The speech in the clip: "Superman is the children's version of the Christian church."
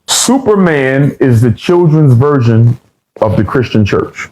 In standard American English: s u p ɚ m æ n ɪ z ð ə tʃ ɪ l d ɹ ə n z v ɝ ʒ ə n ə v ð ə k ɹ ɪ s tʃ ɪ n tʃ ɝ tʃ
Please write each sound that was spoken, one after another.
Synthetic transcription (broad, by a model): s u p ɚ m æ n ɪ z ð ə tʃ ɪ l d ɹ ə n z v ɝ ʒ ə n ə v ð ə k ɹ ɪ s tʃ ɪ n tʃ ɝ tʃ